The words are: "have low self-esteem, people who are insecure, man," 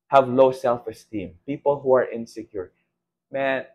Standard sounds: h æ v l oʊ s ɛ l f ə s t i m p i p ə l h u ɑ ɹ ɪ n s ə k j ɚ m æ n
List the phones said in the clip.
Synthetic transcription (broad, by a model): h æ v l oʊ s ɛ l f ə s t i m p i p ə l h u ɑ ɹ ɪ n s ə k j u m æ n